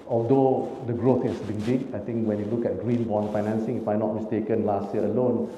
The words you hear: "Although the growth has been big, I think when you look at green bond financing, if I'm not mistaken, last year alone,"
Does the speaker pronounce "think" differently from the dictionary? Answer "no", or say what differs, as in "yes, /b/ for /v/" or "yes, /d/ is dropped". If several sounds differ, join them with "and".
yes, /t/ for /θ/